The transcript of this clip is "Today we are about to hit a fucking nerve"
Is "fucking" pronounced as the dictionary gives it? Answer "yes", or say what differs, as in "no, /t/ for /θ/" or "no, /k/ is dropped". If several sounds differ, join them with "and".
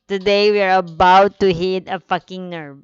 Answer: yes